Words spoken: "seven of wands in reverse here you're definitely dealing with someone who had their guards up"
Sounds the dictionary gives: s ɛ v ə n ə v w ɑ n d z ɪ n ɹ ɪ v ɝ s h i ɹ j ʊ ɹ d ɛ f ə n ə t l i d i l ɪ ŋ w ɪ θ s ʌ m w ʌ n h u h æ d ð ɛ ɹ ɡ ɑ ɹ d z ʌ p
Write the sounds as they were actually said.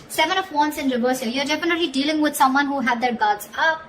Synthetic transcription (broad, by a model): s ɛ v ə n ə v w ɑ n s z ɪ n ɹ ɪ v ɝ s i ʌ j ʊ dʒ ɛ p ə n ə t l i d i l ɪ ŋ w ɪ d s ʌ m w ʌ n h u h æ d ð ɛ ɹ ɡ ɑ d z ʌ